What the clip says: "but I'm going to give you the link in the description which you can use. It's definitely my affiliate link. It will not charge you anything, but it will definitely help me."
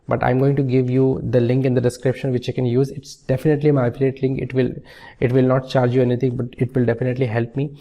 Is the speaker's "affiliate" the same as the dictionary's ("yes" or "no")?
no